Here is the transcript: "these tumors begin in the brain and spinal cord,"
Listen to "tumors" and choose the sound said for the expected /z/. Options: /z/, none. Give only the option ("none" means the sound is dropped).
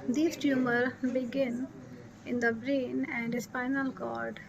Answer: none